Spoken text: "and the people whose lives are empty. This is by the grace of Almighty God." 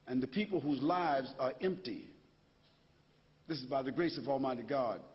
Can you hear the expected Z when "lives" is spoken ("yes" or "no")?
yes